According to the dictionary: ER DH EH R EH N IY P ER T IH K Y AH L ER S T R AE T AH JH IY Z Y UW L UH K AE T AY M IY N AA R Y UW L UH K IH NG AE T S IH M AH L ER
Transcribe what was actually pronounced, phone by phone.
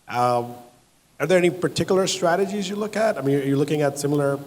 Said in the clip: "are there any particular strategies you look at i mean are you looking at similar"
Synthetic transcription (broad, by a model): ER DH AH R EH N IY P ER T IH K Y L ER S T R AE T AH JH IY Z Y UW L UH K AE T AY M IY N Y Y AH L UH K IH NG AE T S IH M L ER